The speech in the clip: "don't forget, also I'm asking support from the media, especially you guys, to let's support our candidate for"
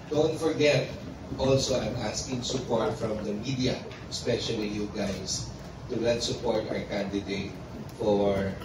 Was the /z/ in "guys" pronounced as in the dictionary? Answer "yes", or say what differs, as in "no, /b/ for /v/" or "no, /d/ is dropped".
no, /s/ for /z/